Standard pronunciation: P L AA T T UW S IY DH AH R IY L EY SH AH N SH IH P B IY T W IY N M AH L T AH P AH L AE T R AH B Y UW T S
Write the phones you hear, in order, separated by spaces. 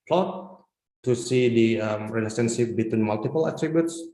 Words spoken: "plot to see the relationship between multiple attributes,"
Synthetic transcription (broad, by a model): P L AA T T UW S IY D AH R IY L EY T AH N S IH F B IY T W IY N M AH L T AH P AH L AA T R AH B Y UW T S